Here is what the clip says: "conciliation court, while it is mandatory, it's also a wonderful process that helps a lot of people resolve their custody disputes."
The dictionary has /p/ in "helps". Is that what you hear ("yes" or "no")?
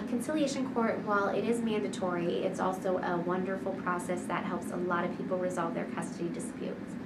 yes